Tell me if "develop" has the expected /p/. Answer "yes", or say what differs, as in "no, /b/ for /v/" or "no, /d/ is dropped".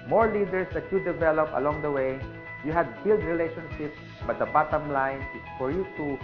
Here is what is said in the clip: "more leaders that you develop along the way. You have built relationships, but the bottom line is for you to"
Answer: yes